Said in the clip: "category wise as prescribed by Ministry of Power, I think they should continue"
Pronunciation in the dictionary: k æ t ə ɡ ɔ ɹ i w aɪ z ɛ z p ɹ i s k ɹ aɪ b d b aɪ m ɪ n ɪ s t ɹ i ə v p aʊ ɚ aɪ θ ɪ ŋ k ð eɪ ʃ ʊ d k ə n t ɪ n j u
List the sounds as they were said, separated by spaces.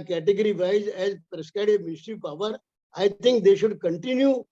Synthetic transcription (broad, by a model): k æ t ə ɡ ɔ ɹ i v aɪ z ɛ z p ɹ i s k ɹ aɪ d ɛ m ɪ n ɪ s t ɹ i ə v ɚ aɪ t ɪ ŋ k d eɪ ʃ ʊ d k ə n t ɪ n j u